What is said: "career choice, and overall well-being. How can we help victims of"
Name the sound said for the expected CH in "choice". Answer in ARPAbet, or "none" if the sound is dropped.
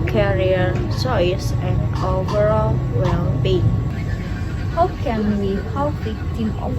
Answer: S